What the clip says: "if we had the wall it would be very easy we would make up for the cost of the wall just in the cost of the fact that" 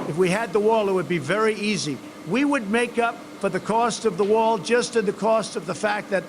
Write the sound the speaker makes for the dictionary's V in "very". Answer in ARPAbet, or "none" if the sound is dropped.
V